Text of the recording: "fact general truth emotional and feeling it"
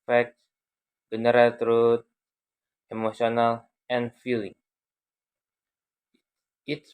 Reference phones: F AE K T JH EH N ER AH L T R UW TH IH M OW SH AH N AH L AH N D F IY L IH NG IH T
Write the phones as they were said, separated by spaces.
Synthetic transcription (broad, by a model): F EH K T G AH N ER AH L T R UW T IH M OW S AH N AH L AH N F IY L IH NG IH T